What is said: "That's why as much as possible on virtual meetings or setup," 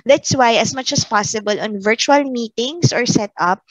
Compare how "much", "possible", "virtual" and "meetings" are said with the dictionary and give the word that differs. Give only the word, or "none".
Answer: meetings